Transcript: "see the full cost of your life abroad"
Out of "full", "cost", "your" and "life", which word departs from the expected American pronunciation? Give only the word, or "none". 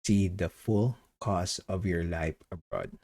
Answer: cost